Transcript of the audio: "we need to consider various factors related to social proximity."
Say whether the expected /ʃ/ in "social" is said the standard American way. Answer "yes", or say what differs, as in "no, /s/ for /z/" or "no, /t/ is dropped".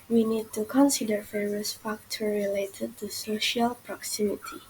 yes